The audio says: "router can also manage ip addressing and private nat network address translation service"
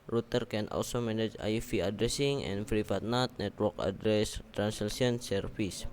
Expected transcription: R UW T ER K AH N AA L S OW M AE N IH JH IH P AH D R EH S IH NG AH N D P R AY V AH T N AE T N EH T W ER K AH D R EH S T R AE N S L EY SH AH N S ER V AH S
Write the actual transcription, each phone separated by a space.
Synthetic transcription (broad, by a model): R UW T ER K AH N AA L S OW M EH N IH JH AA F AH D R EH S IH NG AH N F R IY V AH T N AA T N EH T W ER K AH D R EH S T R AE N S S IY AH N S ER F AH S